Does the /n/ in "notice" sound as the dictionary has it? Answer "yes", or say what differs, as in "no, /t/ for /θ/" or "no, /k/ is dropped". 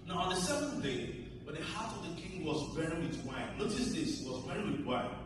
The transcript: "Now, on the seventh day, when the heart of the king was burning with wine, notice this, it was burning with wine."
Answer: no, /l/ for /n/